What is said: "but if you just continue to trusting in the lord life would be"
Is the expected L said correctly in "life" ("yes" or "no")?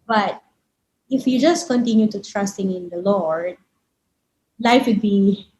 yes